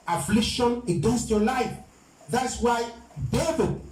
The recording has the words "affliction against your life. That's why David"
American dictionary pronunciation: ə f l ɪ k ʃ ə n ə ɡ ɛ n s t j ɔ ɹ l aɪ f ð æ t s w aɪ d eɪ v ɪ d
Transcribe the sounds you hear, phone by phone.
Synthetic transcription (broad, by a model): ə f l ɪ k ʃ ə n ə ɡ ɛ n s t j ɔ l aɪ f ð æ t s w aɪ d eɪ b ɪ